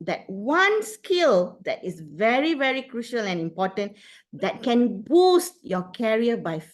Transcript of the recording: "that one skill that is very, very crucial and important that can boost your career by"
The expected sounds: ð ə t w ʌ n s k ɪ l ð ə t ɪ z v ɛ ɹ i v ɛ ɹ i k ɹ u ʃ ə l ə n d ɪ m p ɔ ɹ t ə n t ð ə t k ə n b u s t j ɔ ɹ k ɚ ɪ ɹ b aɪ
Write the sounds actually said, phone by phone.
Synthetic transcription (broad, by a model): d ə t w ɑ n s k ɪ l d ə t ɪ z v ɛ ɹ i v ɛ ɹ i k ɹ u ʃ ə l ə n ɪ m p ɔ t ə n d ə t k ə n b u s t j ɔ k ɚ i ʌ b aɪ